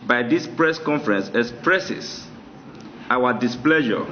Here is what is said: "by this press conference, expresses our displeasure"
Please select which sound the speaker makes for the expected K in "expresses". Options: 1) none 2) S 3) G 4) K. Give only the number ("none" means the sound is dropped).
1